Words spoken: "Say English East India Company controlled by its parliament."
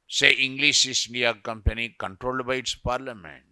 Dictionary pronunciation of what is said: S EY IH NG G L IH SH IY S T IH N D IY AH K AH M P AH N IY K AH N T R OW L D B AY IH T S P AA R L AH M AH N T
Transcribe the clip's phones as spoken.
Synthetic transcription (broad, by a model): S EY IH NG G L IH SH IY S IH N D IY AH K AH M P AH N IY K AH N T R OW L D B AY IH T S P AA R L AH M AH N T